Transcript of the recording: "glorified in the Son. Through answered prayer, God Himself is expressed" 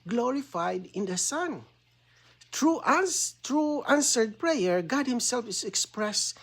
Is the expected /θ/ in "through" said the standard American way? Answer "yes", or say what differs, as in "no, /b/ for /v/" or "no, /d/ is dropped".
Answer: no, /t/ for /θ/